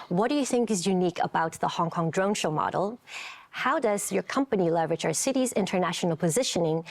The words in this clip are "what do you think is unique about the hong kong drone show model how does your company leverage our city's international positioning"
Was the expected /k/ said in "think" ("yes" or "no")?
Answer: yes